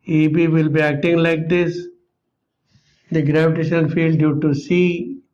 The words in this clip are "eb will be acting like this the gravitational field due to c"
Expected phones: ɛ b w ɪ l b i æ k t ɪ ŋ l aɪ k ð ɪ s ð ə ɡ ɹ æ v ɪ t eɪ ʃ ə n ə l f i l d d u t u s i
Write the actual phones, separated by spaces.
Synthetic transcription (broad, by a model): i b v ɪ l b i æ k t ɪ ŋ l aɪ k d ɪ s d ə ɡ ɹ æ v ɪ t eɪ ʃ ə n ə l f i l d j u t u s i